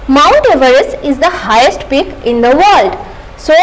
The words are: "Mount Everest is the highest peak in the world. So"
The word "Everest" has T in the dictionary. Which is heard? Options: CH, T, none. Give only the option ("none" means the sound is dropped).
none